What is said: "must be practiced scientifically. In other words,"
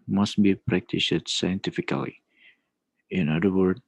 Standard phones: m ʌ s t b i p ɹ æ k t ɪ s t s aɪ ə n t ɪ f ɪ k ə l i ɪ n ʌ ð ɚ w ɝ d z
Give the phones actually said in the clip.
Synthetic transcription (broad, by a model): m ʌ s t b i p ɹ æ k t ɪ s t s aɪ ə n t ɪ f ɪ k ə l i ɪ n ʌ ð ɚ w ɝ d